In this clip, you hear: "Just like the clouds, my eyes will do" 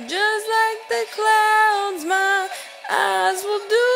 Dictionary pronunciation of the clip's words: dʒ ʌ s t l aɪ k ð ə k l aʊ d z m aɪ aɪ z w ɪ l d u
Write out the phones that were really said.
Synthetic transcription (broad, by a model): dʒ ʌ s t l aɪ k ð ə k l aʊ d z m aɪ aɪ z w ɪ l d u